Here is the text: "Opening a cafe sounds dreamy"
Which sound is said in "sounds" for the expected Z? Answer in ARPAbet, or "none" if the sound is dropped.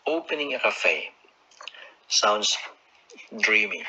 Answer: S